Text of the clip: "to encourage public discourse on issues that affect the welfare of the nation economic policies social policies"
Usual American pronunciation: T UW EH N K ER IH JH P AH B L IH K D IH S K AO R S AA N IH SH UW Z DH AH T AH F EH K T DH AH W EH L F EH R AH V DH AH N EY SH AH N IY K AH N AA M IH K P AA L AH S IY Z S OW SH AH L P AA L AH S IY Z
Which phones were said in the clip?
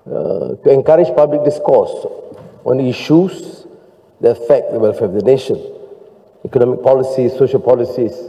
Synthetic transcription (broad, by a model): T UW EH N K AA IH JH P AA B L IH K D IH S K AO S AA N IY SH UW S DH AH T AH F EH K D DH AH W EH L F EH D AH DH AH N EY SH AH N IY K AH N AA M IH K P AA L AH S IY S S OW SH AH L P AA L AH S IY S